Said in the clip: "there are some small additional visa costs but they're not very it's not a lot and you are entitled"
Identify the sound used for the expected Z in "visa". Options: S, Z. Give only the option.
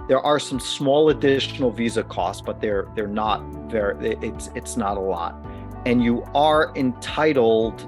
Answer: Z